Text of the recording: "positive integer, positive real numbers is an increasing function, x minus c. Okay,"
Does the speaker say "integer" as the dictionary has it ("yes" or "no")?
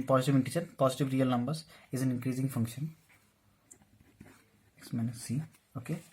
no